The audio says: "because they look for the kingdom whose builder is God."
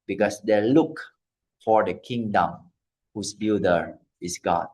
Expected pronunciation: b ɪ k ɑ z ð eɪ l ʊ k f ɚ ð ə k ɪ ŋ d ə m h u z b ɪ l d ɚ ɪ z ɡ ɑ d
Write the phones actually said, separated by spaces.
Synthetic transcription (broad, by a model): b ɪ k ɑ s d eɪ l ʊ k f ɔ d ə k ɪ ŋ d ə m h u s b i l d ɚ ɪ s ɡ ɑ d